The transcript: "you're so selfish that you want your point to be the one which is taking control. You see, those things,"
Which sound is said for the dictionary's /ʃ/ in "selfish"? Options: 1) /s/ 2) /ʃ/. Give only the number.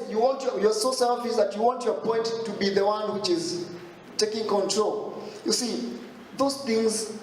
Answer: 1